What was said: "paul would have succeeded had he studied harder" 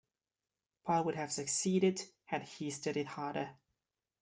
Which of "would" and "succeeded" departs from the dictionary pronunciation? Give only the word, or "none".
none